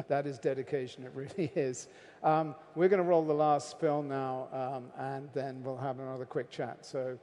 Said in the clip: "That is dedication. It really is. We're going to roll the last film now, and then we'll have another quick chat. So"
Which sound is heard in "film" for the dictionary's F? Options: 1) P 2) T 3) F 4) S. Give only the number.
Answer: 1